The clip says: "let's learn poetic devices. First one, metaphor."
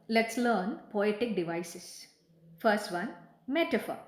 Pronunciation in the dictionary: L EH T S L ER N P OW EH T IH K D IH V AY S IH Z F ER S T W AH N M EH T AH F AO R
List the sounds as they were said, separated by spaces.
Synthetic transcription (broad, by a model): L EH T S L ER N P OW EH T IH K D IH V AY S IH S F ER S T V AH N M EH T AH F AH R